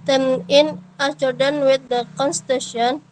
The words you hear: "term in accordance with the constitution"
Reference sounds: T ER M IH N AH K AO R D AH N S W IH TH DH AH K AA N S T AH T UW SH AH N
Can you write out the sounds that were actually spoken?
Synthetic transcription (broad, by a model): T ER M IH N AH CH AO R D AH N W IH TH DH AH K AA N S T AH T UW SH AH N